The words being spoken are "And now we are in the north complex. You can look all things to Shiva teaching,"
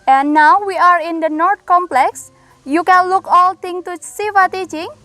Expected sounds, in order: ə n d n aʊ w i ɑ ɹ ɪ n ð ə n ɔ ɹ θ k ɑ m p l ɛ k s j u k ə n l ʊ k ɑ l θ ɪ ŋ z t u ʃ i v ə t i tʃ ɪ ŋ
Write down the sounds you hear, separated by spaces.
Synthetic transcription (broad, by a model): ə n n aʊ w i ɑ ɹ ɪ n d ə n ɔ ɹ t k ɑ m p l ɛ k s j u k ə n l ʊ k ɑ l t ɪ ŋ t u s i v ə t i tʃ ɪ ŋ